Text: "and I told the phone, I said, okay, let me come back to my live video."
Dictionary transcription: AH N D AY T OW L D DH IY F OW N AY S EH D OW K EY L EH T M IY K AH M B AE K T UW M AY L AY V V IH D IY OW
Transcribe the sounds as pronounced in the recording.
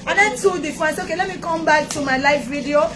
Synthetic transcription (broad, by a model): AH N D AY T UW D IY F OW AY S OW K EY L EH T M IY K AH M B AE K T UW M AY L AY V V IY D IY OW